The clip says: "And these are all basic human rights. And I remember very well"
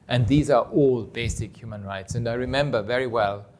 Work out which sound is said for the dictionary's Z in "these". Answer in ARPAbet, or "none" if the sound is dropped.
Z